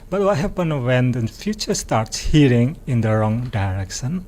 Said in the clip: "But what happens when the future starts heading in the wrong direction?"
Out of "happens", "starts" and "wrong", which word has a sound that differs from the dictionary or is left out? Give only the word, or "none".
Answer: happens